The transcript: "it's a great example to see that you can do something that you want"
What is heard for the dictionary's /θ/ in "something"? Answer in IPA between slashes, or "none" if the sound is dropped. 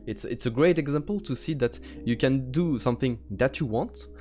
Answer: /θ/